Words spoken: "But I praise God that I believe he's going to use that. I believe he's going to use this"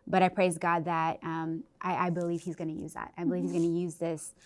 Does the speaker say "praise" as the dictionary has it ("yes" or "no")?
yes